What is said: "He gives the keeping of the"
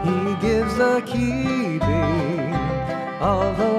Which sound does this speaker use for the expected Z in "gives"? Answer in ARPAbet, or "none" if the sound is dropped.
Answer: Z